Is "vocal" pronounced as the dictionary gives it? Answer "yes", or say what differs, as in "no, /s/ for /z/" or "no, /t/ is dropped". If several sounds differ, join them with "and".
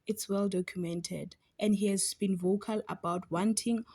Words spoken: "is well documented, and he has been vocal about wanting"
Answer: yes